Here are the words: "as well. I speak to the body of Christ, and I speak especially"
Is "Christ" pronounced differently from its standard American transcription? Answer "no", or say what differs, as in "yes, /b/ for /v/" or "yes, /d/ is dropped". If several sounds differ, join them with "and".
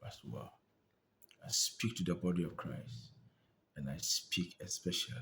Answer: no